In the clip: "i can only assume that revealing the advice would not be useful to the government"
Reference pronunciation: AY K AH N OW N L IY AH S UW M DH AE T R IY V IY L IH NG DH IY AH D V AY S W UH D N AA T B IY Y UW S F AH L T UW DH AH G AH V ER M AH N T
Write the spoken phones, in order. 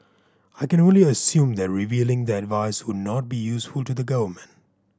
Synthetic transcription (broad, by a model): AY K AH N OW N L IY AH S UW M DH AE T R IY V IY L IH NG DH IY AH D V AY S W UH D N AA T B IY Y UW S F AH L T UW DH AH G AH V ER M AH N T